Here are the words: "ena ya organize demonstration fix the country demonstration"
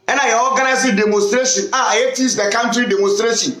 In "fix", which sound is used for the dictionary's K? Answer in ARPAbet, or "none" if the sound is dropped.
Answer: none